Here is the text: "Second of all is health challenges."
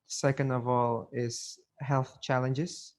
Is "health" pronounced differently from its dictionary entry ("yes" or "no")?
no